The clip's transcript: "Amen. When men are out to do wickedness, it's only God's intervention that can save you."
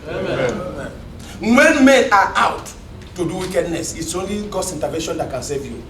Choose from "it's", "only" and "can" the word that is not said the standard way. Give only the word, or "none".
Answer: none